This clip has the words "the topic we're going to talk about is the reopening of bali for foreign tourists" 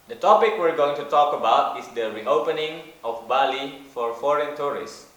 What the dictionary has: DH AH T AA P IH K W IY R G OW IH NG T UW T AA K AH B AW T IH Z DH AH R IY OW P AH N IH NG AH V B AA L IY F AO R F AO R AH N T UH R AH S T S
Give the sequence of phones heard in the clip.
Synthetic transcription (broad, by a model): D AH T AA P IH K W IY R G OW IH NG T UW T AA K AH B AW T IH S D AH R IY OW P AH N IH NG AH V B AA L IY F AO R F AO R AH N T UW R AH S S